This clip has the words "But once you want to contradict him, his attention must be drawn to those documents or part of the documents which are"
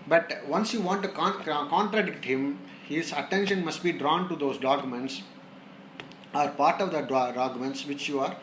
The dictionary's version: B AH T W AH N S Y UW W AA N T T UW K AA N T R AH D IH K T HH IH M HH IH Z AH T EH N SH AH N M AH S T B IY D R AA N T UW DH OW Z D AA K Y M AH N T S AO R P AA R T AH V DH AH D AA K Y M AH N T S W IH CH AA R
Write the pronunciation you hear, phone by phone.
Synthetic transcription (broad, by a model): B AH T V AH N S Y UW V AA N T T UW K AA N T R AH D IH K T HH IH M HH IH Z AH T EH N SH AH N M AH S T B IY D R AA N T UW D OW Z D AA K Y M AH N T S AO R P AA R T AH V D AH D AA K Y M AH N T S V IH CH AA R